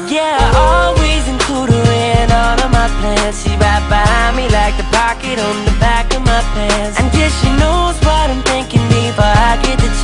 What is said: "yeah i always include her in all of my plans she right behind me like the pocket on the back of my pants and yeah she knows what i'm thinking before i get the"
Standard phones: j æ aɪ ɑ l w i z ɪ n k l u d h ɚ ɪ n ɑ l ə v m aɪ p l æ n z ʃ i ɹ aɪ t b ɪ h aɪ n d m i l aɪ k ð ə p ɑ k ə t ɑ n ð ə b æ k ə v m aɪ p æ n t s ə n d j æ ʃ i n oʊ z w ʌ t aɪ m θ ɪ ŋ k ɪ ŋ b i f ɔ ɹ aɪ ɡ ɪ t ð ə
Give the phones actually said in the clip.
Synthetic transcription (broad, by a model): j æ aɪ ɑ l w i z ɪ n k l u d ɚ ɪ n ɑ n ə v m aɪ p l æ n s ʃ i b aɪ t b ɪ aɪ m i l aɪ k ð ə p ɑ k ə t n ð ə b æ k ə v m aɪ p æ n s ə n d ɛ ʃ i n oʊ z w ʌ t aɪ m θ ɪ ŋ k ɪ ŋ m i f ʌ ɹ aɪ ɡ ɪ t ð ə